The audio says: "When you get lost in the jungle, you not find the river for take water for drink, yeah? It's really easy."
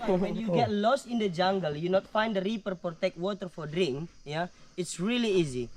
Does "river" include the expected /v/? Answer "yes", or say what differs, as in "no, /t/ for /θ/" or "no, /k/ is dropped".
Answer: no, /p/ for /v/